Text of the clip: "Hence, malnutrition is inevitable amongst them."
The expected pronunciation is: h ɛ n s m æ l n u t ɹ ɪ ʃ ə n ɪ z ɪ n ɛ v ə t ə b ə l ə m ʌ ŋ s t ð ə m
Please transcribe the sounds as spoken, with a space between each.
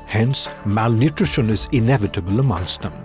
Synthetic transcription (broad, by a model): h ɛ n s m æ l n u t ɹ ɪ ʃ ə n ɪ z ɪ n ɛ v ə t ə b ə l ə m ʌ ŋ s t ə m